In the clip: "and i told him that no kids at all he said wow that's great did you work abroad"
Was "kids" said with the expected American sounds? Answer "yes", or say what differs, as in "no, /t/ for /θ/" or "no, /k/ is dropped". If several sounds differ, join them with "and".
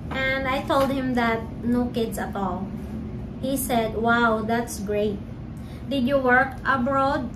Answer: no, /s/ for /z/